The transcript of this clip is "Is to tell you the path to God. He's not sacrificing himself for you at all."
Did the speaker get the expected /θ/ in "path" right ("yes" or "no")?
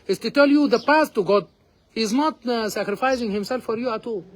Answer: no